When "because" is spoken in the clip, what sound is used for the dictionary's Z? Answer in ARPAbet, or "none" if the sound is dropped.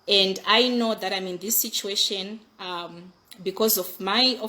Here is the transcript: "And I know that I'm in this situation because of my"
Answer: Z